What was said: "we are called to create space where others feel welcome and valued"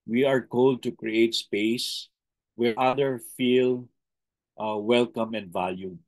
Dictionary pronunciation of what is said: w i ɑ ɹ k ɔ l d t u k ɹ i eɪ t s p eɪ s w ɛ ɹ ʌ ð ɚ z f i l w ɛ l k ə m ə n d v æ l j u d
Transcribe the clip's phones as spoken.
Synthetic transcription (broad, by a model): w i ɑ ɹ k ɔ l d t u k ɹ i eɪ t s p eɪ s w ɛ ɹ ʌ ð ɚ f i l w ɛ l k ə m ə n d v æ l j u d